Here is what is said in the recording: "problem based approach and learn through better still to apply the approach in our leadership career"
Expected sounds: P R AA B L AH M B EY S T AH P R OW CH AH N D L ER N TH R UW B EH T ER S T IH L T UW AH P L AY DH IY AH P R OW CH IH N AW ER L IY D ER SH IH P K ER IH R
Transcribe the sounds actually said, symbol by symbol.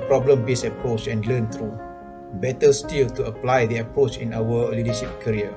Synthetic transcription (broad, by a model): P R AA B L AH M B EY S AH P R OW CH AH N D L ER N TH R UW B EH T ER S T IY L T UW AH P L AY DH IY AH P R OW CH IH N AW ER L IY D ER SH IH P K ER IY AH